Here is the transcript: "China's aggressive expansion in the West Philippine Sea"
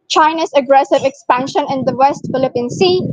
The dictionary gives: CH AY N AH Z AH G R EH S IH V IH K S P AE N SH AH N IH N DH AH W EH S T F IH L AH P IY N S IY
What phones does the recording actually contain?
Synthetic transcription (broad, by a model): CH AY N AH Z AH G R EH S IH V IH K S P AE N SH AH N IH N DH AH W EH S T F IH L AH P IY N S IY